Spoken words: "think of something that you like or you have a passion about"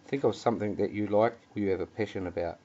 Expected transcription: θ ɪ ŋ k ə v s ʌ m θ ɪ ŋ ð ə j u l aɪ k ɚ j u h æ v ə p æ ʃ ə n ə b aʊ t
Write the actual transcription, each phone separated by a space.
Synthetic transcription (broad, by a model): θ ɪ ŋ k ə v s ʌ m θ ɪ ŋ ð ə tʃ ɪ l aɪ k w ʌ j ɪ v ə p æ ʃ ə n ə b aʊ t